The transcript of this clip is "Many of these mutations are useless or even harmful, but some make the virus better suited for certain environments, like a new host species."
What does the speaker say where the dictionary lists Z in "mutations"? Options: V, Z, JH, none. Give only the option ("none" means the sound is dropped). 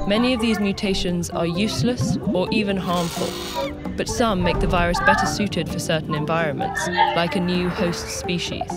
Z